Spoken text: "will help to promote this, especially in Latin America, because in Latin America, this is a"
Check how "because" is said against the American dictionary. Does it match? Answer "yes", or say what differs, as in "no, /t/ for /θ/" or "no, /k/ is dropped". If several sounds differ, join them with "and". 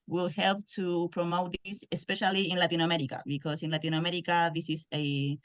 no, /s/ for /z/